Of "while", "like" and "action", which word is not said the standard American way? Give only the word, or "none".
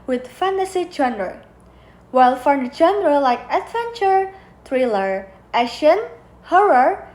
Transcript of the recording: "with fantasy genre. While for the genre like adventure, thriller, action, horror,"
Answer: action